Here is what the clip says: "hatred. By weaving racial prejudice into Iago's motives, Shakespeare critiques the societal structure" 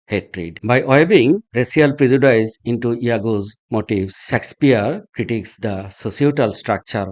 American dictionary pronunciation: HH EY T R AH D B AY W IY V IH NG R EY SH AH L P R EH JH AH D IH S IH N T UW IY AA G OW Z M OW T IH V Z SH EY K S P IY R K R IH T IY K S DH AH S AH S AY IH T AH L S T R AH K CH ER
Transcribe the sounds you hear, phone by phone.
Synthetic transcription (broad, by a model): HH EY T R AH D B AY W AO B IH NG R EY S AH L P R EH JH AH D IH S IH N T UW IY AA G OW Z M OW T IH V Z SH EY K S P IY R K R IH T IY K S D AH S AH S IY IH T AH L S T R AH K CH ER